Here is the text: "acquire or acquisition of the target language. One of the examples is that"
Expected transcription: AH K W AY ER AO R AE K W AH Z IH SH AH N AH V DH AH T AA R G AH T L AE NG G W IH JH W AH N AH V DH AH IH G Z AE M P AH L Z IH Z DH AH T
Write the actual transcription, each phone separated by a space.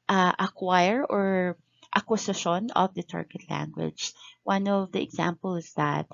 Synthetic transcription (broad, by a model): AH K W AY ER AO R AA K W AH S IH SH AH N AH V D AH T AA R G AH T L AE NG G W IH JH W AH N AH V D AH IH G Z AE M P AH L IH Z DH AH T